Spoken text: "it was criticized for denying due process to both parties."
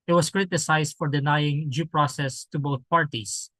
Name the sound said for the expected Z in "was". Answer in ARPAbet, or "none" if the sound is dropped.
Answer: S